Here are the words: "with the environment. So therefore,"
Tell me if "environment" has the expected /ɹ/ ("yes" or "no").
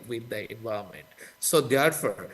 no